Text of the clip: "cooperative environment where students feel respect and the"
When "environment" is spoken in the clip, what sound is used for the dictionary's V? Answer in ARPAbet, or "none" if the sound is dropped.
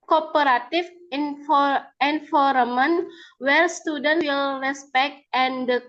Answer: F